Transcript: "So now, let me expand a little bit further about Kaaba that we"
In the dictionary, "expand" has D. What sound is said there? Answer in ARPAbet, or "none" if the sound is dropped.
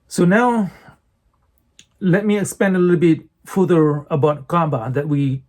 none